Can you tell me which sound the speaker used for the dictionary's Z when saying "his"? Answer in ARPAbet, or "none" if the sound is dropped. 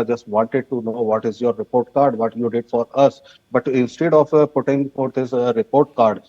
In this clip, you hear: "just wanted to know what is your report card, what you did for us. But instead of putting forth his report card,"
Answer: S